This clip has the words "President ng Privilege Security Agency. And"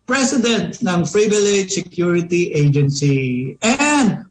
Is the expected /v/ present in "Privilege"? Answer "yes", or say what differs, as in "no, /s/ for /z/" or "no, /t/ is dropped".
no, /b/ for /v/